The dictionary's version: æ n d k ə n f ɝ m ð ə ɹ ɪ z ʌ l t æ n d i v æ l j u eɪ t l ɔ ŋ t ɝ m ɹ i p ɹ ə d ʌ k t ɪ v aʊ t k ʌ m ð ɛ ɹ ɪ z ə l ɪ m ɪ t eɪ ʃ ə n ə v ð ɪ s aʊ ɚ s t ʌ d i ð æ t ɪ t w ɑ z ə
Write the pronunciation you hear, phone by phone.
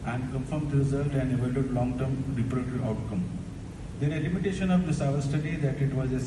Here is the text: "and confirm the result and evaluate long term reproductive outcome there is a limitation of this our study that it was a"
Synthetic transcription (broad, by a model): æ n d k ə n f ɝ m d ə ɹ ɪ z ʌ l t æ n d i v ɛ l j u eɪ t l ɔ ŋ t ɝ m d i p ɹ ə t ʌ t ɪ aʊ t k ʌ m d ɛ ɹ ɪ l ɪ m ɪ t eɪ ʃ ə n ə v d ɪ s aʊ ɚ s t ʌ d i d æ t ɪ t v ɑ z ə